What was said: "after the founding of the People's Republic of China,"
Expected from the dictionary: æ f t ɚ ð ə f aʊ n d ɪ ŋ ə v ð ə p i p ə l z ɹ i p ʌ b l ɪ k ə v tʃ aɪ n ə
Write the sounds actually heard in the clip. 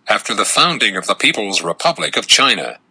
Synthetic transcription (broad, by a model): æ f t ɚ ð ə f aʊ n d ɪ ŋ ə v ð ə p i p ə l z ɹ i p ʌ b l ɪ k ə v tʃ aɪ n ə